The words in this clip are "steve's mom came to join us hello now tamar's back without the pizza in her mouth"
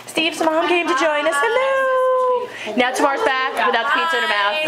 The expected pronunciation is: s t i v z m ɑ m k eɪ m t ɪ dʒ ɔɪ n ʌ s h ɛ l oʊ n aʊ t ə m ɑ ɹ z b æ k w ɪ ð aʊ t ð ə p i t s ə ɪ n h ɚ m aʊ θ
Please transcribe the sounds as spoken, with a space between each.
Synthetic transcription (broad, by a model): s t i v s m ɑ m k eɪ m t ɪ dʒ ɔɪ n ʌ s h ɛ n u n aʊ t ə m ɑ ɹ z b æ k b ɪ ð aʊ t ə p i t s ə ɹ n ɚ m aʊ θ